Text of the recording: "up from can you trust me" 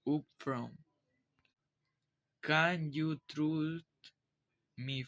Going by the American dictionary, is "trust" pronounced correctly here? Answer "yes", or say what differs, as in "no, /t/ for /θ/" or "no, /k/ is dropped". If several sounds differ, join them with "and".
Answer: no, /s/ is dropped